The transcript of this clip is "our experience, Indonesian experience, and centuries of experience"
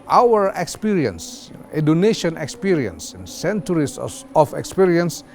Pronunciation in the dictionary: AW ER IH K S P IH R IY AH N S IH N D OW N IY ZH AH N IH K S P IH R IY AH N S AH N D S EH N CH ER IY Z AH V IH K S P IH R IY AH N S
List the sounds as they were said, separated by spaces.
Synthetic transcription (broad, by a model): AW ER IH K S P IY R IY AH N S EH D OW N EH SH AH N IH K S P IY R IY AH N S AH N S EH N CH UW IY S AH F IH K S P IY R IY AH N S